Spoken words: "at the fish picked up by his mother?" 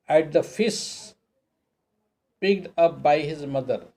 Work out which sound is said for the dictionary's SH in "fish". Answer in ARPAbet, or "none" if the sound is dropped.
S